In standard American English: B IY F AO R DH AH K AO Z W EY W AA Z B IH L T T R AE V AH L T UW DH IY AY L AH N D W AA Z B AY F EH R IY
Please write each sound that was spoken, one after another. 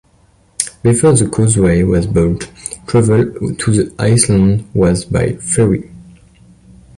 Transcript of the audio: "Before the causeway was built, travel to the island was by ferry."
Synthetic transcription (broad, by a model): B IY F AO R DH AH K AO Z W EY W AA Z B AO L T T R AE V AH L T UW DH IY AY L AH N D W AA Z B AY F EH R IY